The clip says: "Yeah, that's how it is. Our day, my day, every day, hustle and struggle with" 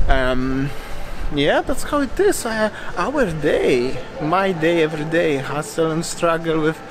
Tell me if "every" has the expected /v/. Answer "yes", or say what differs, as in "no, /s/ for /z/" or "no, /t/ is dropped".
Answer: yes